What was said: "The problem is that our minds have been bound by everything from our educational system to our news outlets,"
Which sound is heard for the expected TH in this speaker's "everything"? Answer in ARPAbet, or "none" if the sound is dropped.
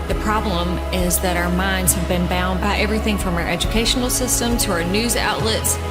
TH